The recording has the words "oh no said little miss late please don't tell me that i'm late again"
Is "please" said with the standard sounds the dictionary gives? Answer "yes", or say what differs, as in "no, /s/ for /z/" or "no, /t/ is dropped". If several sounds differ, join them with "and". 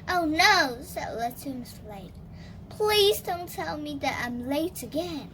yes